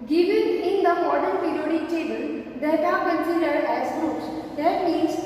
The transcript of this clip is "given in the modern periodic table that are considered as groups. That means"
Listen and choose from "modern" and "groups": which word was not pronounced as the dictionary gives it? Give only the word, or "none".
groups